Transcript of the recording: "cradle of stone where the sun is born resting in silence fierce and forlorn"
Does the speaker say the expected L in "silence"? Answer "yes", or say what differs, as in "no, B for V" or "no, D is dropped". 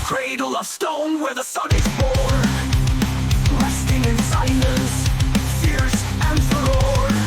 no, N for L